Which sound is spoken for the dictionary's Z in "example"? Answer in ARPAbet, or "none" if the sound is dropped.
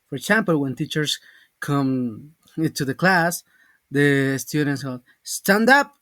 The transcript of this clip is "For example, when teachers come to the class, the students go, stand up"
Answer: S